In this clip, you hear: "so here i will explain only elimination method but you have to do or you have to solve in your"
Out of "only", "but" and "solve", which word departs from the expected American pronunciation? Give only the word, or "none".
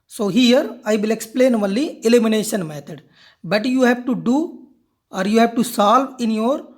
only